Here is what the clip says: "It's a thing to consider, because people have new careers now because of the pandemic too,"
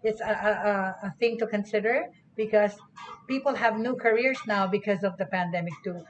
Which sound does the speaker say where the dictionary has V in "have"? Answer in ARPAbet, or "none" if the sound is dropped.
V